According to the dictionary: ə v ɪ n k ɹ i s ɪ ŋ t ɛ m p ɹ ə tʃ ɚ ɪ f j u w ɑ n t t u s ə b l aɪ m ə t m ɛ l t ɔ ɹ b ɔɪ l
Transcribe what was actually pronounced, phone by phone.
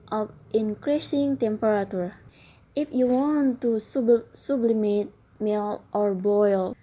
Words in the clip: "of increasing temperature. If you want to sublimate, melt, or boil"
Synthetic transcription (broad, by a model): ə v ɪ n k ɹ i s ɪ ŋ t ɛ m p ɹ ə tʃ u ɪ f j u w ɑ n t s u s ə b l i m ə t m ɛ l t ɔ ɹ b ɔɪ l